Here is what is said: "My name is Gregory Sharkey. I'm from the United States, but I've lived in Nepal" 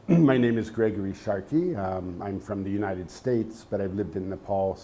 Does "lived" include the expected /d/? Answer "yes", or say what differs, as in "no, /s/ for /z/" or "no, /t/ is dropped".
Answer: yes